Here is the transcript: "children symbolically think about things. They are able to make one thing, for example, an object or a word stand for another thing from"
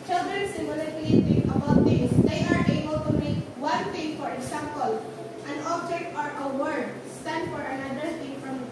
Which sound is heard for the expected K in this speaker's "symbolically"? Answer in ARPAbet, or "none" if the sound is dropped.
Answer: none